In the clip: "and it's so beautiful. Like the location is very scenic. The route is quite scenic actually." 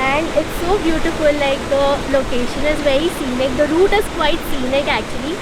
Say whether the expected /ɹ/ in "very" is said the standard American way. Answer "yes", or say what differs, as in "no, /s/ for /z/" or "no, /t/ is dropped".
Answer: yes